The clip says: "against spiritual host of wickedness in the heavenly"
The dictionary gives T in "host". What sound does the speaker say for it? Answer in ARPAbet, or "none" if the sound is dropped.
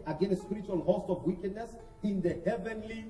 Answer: T